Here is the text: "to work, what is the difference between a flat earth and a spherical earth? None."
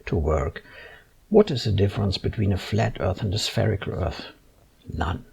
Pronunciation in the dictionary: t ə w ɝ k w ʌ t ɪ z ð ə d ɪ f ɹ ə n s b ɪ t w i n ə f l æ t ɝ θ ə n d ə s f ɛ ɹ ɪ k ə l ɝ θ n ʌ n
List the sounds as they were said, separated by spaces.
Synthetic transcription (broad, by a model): t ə w ɝ k w ʌ t ɪ z ð ə d ɪ f ɹ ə n s b ɪ t w i n ə f l æ t ɝ θ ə n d ə s f ɛ ɹ ɪ k ə l ɝ θ n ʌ n